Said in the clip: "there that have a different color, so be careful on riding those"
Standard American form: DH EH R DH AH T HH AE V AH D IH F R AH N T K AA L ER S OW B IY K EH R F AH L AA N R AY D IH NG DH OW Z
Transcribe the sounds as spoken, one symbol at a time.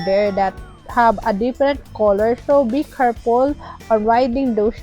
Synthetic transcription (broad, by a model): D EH R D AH T HH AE B AH D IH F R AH N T K AA L ER S OW B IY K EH R P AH L AA N R AY D IH NG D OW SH